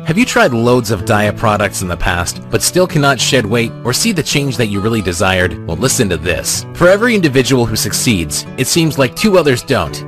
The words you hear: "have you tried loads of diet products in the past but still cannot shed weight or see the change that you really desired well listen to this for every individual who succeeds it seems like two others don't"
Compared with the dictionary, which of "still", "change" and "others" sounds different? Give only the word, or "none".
none